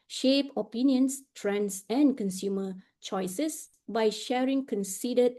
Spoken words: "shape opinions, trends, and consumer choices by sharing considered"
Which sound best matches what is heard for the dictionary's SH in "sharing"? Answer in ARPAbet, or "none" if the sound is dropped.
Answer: SH